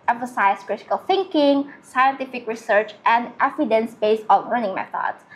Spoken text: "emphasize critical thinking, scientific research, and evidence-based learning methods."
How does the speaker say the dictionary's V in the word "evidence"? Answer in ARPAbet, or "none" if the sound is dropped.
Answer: F